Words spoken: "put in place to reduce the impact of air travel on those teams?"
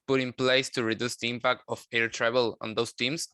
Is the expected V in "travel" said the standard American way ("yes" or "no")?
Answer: no